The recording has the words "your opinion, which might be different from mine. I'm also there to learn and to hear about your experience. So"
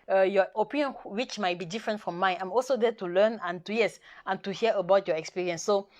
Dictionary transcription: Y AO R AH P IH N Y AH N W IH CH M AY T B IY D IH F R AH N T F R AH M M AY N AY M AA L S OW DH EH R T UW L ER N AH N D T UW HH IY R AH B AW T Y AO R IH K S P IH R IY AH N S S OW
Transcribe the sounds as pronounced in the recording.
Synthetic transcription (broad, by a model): Y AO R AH P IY N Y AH N W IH CH M AY T B IY D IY F R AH N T F R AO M M AY N AY M AA L S OW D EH T UW L ER N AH N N T UW HH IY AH AH B AW T Y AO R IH K S P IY R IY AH N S S OW